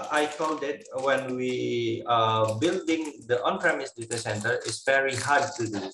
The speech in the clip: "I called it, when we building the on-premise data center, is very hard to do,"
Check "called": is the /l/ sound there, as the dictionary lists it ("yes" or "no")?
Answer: no